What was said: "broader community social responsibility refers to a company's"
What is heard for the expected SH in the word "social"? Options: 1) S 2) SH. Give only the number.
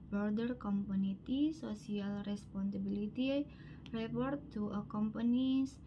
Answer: 1